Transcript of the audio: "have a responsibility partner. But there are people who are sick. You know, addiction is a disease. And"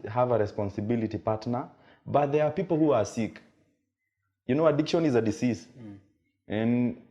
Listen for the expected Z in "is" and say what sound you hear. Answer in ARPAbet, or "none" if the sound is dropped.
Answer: Z